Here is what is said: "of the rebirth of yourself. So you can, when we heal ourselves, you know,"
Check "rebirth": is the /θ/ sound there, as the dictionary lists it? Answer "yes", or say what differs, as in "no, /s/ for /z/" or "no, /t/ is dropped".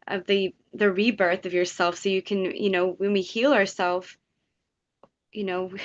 yes